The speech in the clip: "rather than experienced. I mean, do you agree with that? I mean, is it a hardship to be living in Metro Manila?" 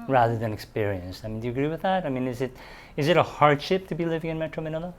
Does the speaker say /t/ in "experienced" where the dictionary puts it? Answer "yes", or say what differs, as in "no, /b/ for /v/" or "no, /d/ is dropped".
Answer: yes